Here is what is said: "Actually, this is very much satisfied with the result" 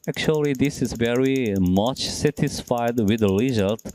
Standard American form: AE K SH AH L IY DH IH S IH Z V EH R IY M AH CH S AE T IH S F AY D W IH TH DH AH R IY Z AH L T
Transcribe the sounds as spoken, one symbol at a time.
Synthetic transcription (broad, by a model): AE K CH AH L IY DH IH S IH Z V EH R IY M AH CH S AE T IH S F AY D W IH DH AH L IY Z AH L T